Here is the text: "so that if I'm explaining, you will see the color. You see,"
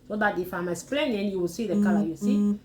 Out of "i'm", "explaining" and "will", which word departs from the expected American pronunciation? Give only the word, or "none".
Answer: explaining